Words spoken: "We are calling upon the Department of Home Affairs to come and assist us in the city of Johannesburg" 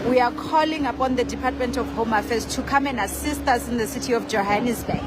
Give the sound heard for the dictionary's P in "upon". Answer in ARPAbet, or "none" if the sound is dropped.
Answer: P